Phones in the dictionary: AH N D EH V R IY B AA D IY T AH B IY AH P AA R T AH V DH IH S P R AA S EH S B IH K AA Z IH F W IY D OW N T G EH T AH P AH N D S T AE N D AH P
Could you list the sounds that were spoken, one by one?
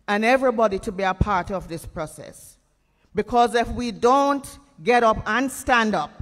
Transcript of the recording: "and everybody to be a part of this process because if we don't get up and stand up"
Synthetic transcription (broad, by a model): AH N EH V R IY B AA D IY T AH B IY AH P AA R T AH V DH IH S P R AA S EH S B IH K AA Z IH F W IY D OW N T G EH T AH P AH N S T AE N D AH P